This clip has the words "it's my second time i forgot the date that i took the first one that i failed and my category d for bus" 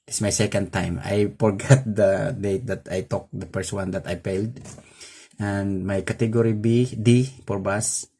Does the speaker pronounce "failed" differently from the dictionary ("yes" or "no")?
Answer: yes